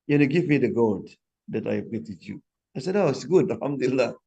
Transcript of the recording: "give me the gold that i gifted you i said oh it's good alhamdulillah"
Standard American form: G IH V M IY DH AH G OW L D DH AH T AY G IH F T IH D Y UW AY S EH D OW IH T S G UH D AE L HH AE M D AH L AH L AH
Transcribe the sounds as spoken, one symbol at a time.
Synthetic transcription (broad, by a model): G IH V M IY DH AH G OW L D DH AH T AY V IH T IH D Y UW AY S EH D OW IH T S G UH D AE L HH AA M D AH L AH L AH